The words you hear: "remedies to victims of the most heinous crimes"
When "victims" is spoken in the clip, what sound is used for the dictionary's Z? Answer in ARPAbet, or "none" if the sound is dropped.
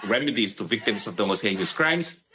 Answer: S